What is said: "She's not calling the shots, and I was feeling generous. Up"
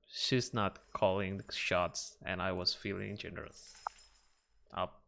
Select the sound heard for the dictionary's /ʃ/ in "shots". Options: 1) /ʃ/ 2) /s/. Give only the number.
1